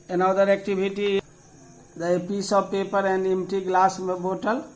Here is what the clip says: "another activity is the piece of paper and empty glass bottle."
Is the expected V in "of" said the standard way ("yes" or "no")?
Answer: no